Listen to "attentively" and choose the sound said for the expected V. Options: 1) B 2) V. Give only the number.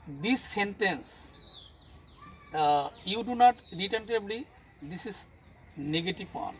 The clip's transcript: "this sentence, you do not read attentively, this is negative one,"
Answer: 1